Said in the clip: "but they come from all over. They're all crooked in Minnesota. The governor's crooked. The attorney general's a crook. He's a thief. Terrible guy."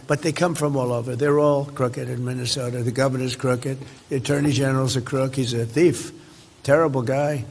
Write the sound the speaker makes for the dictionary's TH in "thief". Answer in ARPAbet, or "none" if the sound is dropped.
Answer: TH